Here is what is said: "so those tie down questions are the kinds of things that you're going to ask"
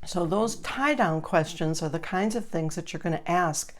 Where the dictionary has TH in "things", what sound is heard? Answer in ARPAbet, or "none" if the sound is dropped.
TH